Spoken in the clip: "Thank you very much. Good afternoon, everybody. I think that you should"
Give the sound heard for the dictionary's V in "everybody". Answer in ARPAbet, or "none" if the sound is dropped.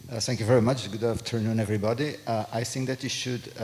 V